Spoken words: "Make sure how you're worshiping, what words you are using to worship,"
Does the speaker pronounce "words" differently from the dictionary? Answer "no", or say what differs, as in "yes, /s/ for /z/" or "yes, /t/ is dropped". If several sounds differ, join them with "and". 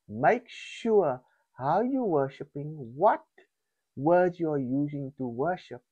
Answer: yes, /z/ is dropped